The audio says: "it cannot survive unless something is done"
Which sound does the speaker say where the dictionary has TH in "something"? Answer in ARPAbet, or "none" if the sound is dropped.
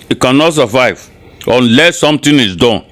T